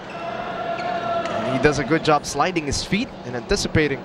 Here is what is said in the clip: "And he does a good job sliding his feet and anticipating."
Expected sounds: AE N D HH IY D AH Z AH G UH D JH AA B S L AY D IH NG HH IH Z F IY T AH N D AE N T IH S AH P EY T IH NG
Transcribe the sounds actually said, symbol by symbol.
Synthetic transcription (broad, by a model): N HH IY D AH Z AH G UH D JH AA B S L AY D IH NG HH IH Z F IY T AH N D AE N T IH S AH P EY T IH NG